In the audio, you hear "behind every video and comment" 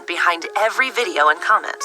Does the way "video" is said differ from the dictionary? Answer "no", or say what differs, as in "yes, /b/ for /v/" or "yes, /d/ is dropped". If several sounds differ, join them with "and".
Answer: no